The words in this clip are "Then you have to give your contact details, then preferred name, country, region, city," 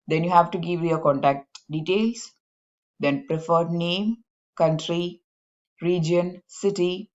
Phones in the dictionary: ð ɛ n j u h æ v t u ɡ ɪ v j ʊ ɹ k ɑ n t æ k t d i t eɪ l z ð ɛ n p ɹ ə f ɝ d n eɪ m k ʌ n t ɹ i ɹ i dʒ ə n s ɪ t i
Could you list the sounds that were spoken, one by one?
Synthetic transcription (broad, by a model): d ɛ n j u h æ v t u ɡ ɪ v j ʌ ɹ k ɑ n t æ k t d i t eɪ l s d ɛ n p ɹ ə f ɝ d n eɪ m k ʌ n t ɹ i ɹ i dʒ ə n s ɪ t i